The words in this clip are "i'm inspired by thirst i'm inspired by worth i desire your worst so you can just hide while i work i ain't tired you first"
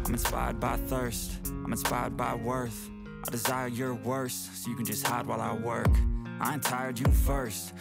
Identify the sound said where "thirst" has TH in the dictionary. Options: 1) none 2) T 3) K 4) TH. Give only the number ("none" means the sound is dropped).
4